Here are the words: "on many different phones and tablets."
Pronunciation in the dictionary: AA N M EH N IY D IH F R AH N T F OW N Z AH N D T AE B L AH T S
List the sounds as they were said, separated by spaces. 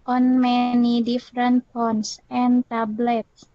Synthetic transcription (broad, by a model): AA N M EH N IY D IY F R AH N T P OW N S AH N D T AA B L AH T S